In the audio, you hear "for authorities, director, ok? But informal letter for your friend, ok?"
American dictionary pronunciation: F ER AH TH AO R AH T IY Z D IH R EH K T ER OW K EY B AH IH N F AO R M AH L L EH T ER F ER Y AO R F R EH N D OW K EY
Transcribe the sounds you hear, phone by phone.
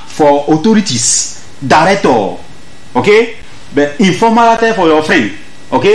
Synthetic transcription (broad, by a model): F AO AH T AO R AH T IY S D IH R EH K T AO OW K EY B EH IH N F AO M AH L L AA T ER F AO Y AO F R EH N D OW K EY